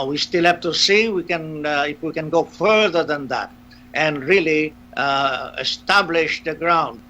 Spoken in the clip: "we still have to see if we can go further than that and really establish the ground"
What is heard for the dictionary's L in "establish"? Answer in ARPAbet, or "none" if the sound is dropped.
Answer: L